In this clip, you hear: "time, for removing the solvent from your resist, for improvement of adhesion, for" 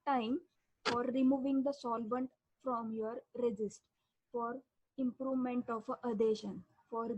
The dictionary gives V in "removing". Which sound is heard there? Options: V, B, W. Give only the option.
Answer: V